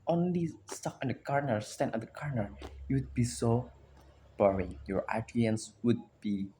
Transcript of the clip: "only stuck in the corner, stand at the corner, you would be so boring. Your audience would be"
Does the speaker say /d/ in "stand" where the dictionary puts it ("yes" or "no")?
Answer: no